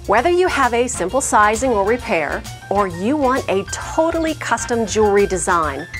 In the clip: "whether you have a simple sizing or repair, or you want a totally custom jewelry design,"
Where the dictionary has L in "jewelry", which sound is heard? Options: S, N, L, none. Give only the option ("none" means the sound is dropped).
none